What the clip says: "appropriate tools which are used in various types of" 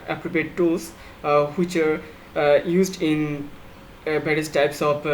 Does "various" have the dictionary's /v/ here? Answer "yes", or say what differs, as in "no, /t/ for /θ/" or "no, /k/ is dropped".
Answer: no, /b/ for /v/